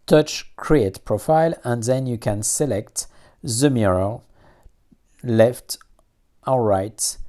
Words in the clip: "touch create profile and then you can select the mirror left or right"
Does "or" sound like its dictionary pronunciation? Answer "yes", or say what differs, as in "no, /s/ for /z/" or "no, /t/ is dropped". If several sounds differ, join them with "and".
no, /l/ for /ɹ/